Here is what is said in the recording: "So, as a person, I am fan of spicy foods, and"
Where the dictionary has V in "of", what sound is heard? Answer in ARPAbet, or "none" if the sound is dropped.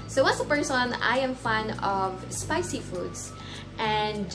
V